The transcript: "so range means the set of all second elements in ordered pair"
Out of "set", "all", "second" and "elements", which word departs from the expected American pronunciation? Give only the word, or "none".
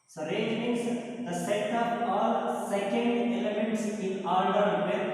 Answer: none